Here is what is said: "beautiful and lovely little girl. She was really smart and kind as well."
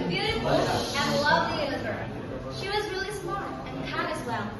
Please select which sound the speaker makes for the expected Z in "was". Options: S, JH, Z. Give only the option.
Z